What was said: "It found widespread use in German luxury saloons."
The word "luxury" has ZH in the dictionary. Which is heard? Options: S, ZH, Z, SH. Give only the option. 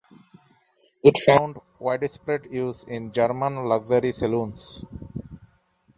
Z